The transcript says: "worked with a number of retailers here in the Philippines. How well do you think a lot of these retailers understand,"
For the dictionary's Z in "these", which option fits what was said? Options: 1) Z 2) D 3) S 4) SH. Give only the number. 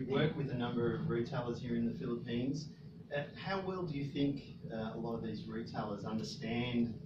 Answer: 1